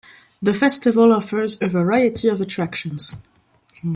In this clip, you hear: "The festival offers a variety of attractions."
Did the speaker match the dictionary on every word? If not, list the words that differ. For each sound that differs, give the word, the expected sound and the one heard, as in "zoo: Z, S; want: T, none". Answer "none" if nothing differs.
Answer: none